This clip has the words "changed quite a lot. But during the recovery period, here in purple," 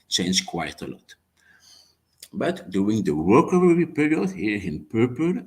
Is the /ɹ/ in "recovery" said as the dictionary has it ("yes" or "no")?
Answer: no